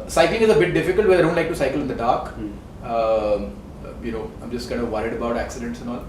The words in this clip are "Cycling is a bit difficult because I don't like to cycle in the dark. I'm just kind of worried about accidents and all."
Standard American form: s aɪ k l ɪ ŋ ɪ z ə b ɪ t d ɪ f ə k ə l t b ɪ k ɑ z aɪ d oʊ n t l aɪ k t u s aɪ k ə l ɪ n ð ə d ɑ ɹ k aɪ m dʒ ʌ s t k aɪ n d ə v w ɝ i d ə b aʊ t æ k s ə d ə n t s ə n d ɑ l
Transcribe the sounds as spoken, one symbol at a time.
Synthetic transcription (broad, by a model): s aɪ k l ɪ ŋ ɪ z ə b ɪ t d ɪ f ə k ə l t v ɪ ɑ ɪ d oʊ n t l aɪ k t u s aɪ k ə l ɪ n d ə d ɑ ɹ k aɪ m dʒ ʌ s t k aɪ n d ə v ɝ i d ə b aʊ t æ k s ə d ə n t s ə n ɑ l